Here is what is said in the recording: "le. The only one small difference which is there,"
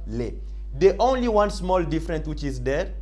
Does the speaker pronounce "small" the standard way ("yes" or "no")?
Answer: yes